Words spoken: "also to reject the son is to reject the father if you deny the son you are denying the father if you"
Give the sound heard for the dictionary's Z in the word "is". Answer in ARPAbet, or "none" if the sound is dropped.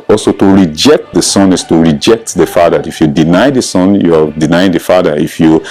S